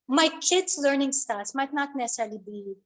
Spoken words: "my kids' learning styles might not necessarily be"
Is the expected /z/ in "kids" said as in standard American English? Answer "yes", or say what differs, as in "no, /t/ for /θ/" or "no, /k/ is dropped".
no, /s/ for /z/